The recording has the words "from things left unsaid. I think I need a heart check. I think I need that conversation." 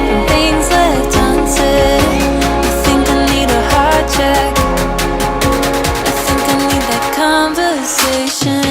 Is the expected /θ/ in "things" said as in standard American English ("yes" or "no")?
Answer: yes